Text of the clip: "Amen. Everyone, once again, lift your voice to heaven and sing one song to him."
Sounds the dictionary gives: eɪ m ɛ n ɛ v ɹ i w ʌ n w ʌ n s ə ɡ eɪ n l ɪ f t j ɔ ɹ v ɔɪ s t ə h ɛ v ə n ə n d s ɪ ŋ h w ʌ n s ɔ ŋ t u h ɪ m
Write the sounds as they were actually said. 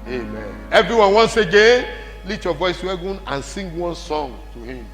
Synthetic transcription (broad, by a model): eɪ m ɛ n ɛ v ɹ i w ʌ n w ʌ n s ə ɡ eɪ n l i t j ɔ v ɔɪ s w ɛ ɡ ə n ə n s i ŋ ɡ w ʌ n s ɔ ŋ t u h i m